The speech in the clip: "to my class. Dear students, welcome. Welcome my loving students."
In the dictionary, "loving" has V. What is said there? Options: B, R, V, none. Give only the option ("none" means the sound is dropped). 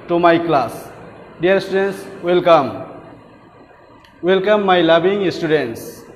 B